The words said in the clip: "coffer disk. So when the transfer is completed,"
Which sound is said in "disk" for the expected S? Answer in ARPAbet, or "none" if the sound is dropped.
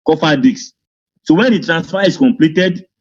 none